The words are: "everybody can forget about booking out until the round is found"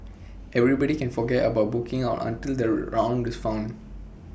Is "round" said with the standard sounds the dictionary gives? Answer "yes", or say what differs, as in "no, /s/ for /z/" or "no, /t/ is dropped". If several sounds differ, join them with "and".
yes